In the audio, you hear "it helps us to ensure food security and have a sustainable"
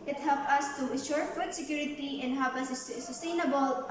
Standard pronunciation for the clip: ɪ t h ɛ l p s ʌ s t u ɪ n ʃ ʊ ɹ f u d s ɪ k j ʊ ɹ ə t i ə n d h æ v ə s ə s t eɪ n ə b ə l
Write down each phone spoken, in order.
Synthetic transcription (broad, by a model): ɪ t h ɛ l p ʌ s t u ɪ n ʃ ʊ ɹ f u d s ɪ k j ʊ ɹ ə t i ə n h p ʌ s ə s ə s t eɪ n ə b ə l